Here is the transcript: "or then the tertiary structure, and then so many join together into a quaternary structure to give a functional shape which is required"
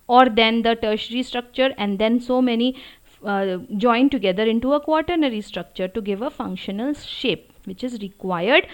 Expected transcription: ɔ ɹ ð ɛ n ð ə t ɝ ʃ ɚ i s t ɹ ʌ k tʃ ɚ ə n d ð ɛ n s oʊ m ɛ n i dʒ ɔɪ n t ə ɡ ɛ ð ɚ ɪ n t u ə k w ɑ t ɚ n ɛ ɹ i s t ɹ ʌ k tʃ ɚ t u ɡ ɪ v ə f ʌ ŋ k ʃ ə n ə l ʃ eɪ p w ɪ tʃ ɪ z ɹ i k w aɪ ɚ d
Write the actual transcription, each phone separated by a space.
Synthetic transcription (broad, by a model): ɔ ɹ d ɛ n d ə t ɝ ʃ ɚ i s t ɹ ʌ k tʃ ɚ ə n d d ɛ n s oʊ m ɛ n i dʒ ɔɪ n t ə ɡ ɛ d ɚ ɪ n t u ə k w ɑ t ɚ n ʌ ɹ i s t ɹ ʌ k tʃ ɚ t u ɡ ɪ v ə f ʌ ŋ k ʃ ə n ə l ʃ eɪ p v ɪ tʃ ɪ z ɹ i k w aɪ ɚ d